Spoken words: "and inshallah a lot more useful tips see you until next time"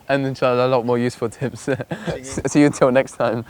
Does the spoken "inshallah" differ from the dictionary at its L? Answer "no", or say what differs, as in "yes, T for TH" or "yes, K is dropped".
yes, L is dropped